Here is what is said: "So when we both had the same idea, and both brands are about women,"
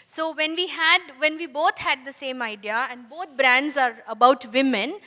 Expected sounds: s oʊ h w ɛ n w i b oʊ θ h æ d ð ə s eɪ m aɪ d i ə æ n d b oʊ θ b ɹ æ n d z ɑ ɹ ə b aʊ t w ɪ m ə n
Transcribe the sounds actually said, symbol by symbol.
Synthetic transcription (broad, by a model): s oʊ h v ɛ n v i b oʊ t h æ d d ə s eɪ m aɪ d i ə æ n d b oʊ t b ɹ æ n d z ɑ ɹ ə b aʊ t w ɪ m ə n